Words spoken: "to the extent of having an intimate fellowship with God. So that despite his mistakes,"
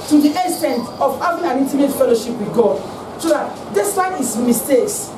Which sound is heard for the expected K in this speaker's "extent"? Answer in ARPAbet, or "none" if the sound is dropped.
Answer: none